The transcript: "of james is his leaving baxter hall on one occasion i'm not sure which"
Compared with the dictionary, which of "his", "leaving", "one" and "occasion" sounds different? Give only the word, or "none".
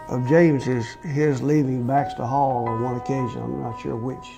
none